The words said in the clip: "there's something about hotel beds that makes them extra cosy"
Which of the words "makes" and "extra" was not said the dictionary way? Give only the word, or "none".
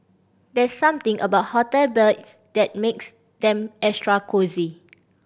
extra